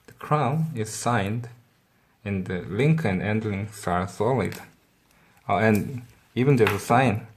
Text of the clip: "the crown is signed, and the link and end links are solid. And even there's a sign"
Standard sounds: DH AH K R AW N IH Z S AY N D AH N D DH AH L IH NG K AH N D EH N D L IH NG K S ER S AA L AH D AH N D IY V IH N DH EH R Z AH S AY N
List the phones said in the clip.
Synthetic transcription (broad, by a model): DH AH K R AW N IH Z S AY N D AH N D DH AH L IH NG K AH N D EH N D L IH NG K S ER S AA L AH D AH N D IY V IH N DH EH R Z AH S AY N